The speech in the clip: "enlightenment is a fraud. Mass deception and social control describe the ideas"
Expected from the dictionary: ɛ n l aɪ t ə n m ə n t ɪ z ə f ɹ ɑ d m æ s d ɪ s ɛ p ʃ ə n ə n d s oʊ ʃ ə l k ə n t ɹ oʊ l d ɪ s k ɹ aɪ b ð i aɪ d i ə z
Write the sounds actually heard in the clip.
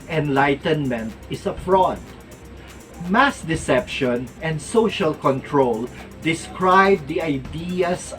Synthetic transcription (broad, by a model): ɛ n l aɪ t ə n m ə n t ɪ s ə f ɹ ɑ d m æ s d ɪ s ɛ p ʃ ə n ə n d s oʊ ʃ ə l k ə n t ɹ oʊ l d ɪ s k ɹ aɪ b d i aɪ d i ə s